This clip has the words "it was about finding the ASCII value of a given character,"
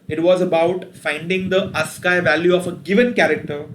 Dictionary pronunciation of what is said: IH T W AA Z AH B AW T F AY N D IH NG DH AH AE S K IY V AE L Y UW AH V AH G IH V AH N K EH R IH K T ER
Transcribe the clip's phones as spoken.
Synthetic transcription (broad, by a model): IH T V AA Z AH B AW T F AY N D IH NG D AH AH S K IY V AE L Y UW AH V AH G IH V AH N K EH R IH K T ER